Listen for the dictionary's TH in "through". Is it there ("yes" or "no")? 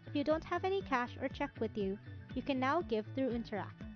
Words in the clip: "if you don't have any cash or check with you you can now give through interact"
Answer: yes